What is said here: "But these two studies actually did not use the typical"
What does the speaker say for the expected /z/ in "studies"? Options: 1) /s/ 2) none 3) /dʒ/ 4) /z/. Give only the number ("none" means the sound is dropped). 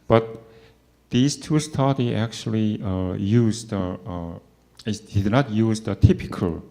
2